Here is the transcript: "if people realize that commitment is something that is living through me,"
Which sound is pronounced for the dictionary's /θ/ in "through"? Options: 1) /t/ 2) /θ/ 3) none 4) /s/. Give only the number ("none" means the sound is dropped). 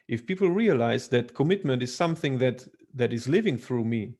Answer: 2